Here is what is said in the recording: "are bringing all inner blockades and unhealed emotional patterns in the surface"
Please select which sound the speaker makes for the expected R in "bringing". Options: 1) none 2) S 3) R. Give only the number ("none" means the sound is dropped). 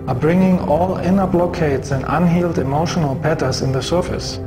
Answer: 3